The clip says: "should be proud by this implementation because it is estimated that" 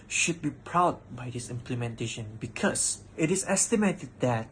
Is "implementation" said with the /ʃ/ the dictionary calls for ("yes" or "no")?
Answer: yes